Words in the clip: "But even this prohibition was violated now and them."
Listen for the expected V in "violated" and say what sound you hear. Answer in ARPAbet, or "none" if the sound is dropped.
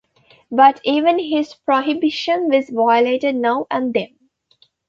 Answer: V